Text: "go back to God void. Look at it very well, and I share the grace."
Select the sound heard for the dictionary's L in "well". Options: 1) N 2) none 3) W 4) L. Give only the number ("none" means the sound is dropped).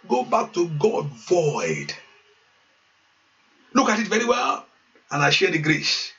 4